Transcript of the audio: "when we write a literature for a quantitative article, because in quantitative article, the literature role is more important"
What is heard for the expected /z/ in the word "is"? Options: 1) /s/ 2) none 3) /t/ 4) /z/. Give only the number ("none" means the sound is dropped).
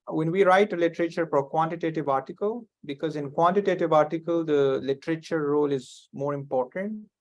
4